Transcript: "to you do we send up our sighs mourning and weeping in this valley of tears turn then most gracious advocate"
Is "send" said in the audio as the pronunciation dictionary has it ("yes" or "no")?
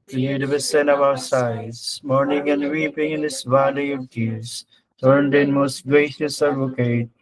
no